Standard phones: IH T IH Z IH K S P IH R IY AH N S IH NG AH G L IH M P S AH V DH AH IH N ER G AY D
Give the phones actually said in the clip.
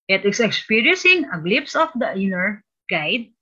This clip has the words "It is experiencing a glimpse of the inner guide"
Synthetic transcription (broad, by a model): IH T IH S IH K S P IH R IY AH N S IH NG AH G L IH P S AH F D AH IH N ER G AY D